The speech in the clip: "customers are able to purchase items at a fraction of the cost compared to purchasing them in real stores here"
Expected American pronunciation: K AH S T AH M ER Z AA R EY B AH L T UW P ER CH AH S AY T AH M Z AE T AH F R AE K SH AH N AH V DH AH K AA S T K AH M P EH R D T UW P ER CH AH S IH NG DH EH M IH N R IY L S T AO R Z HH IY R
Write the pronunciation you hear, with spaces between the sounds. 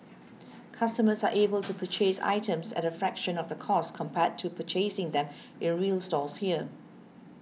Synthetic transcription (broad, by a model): K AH S T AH M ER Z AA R EY B AH L T UW P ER CH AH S AY T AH M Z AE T AH F R AE K SH AH N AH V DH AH K AA S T K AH M P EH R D T UW P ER CH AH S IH NG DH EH M IH N R IY L S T AO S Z HH IY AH